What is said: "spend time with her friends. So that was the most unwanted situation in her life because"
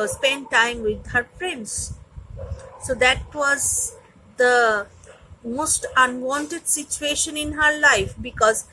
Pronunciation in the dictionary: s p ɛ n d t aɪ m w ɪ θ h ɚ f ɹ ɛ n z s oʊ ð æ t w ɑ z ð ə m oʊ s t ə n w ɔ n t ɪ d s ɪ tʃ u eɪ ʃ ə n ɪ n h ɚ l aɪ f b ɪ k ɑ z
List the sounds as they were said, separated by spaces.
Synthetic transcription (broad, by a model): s p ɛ n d t aɪ m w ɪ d h ɚ p ɹ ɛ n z s oʊ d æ t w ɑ z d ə m oʊ s t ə n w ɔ n t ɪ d s ɪ tʃ u eɪ ʃ ə n ɪ n h ɚ l aɪ f b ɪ k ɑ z